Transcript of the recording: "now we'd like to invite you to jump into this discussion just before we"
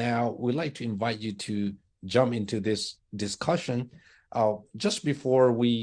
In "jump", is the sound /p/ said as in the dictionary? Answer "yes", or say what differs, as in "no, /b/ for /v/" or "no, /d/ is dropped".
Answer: yes